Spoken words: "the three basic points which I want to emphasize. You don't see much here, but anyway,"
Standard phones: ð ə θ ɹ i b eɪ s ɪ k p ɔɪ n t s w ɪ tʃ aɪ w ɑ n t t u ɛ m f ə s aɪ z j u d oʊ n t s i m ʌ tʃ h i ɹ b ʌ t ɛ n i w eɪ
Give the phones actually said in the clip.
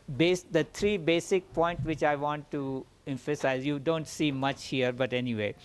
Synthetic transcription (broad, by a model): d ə t ɹ i b eɪ s ɪ k p ɔɪ n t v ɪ tʃ aɪ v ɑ n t t u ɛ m f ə s aɪ z j u d oʊ n t s i m ʌ tʃ h i ɹ b ʌ t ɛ n i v eɪ